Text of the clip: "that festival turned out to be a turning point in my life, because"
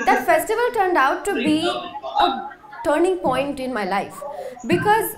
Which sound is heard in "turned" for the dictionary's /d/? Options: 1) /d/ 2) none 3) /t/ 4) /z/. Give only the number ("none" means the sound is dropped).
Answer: 1